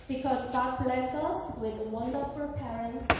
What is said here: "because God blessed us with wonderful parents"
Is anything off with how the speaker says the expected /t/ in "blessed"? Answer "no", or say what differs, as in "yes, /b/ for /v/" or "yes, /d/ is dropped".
yes, /t/ is dropped